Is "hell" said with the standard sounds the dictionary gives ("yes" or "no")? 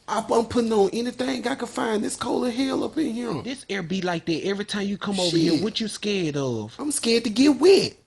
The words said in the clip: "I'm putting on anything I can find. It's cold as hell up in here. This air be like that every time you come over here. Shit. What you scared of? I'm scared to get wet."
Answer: yes